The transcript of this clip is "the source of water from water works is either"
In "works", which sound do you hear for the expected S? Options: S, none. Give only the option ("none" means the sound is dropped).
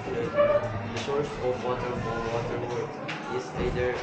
none